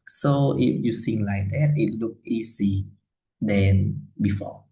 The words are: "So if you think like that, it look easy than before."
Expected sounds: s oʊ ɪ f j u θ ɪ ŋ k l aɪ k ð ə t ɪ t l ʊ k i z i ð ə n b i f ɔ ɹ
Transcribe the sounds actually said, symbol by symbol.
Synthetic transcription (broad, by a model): s oʊ ɪ f j u s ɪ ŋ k l aɪ k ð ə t ɪ t l ʊ k i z i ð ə n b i f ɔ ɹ